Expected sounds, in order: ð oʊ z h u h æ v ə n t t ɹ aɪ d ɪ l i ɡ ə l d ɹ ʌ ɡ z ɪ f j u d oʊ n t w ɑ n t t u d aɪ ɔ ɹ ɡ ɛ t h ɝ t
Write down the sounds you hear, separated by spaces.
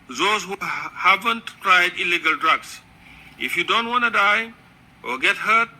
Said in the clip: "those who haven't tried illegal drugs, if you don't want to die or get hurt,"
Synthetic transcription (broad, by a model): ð oʊ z h u h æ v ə n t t ɹ aɪ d ɪ l i ɡ ə l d ɹ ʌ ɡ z ɪ f j u d oʊ n t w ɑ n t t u d aɪ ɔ l ɡ ɛ t h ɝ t